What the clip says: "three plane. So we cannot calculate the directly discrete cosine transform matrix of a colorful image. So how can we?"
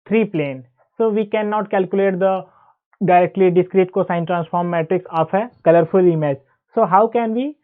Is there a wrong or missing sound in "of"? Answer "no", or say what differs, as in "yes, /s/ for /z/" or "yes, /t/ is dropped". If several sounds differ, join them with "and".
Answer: yes, /p/ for /v/